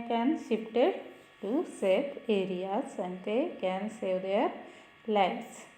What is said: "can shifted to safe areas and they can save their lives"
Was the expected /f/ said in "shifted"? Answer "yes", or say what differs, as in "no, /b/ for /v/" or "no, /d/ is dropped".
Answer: no, /p/ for /f/